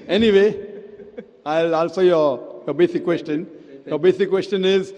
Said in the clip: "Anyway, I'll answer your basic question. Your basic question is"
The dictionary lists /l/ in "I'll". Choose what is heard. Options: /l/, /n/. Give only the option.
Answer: /l/